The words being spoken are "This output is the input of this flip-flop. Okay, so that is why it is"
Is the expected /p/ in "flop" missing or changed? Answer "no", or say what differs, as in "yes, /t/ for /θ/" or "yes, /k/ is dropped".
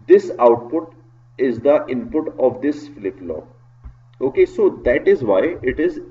yes, /p/ is dropped